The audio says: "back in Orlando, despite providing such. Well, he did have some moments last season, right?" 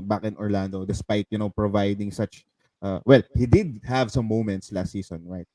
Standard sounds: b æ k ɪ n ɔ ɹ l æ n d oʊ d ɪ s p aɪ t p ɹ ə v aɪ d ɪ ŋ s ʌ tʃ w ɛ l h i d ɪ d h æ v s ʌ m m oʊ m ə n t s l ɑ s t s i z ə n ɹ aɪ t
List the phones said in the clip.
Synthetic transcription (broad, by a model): b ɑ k ɪ n ɔ ɹ l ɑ n d oʊ d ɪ s p aɪ t p ɹ ə v aɪ d ɪ ŋ s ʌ tʃ w ɛ l h i d ɪ d h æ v s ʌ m m oʊ m ə n t s l ɑ s t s i s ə n ɹ aɪ t